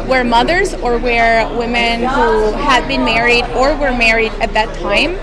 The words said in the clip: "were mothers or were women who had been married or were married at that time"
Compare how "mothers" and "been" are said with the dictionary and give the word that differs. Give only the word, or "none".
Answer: none